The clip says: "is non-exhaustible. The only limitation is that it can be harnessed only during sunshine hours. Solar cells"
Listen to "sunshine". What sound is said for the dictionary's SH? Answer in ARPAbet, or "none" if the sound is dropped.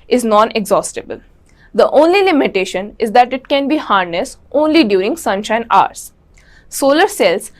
SH